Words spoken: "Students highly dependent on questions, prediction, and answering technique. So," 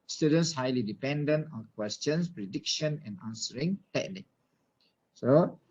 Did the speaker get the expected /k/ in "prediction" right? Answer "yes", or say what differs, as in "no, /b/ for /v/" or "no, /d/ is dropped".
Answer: yes